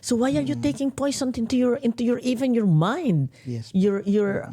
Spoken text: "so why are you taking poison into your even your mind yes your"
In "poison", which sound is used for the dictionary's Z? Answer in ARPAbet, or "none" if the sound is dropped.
S